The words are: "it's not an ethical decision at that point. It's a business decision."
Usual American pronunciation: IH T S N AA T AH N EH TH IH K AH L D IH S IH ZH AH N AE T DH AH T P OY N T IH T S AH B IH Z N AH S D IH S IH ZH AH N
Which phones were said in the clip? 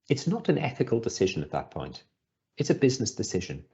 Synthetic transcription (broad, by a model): IH T S N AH T AH N EH TH IH K AH L D IH S IH ZH AH N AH T DH AH T P OY N T IH T S AH B IH Z N AH S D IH S IH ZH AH N